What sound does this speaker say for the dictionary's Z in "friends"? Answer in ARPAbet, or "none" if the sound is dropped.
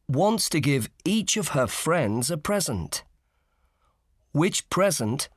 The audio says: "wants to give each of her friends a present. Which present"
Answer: Z